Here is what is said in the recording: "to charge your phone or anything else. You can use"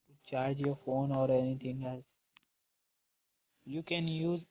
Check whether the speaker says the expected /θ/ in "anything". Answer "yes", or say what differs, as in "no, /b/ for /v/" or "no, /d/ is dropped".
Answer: no, /t/ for /θ/